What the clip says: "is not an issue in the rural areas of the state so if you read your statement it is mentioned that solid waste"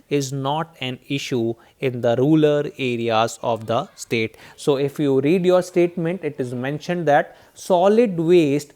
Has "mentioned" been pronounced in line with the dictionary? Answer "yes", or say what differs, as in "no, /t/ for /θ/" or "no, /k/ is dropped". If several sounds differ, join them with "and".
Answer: yes